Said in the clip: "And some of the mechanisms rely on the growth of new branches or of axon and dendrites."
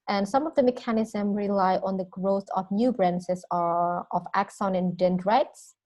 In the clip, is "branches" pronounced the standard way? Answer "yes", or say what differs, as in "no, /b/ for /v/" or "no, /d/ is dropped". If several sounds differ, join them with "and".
no, /s/ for /tʃ/